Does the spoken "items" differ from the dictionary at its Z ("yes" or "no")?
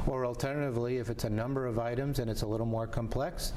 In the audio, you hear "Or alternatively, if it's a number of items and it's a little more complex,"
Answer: no